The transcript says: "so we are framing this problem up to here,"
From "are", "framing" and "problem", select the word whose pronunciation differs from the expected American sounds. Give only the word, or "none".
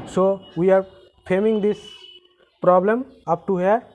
framing